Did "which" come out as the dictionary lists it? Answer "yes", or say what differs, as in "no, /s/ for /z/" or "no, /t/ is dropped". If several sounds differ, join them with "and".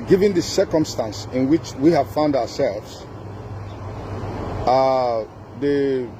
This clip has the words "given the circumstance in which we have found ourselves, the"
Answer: yes